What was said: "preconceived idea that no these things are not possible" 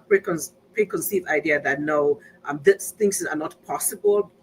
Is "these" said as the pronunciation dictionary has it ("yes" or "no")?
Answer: no